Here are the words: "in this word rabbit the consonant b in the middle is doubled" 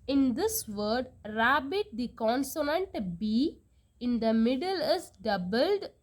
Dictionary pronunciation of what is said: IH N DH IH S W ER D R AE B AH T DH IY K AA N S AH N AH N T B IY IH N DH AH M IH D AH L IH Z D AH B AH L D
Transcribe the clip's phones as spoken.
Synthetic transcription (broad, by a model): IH N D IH S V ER D R AE B AH T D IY K AA N S AH N AH N T B IY IH N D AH M IH D AH L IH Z D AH B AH L D